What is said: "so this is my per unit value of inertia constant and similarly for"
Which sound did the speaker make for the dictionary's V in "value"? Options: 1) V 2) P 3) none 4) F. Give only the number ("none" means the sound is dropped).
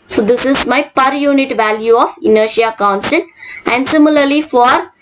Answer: 1